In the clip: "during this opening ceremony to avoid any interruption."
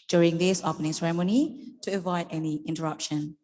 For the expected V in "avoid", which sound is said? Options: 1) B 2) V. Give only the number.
2